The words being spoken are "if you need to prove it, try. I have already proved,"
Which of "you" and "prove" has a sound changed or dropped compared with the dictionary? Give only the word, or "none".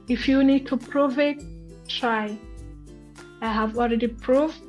none